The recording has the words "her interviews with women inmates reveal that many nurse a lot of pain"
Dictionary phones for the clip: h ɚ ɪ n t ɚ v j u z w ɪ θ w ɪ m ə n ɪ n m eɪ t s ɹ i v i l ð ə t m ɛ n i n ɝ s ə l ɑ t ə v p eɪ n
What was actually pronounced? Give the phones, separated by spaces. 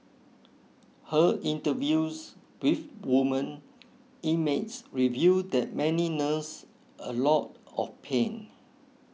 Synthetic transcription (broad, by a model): h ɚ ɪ n t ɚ v j u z w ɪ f w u m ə n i m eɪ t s ɹ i v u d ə t m ɛ n i n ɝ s ə l ɑ t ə f p eɪ n